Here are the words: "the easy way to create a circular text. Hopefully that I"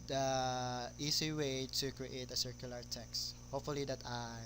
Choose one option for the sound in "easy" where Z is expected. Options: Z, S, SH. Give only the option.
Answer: S